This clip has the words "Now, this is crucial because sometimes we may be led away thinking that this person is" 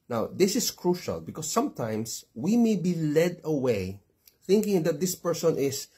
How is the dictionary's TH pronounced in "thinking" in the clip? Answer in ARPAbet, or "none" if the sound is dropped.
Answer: TH